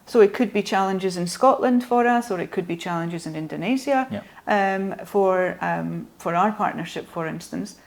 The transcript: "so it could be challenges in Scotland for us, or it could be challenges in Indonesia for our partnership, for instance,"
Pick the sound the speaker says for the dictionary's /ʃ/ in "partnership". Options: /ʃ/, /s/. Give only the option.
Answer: /ʃ/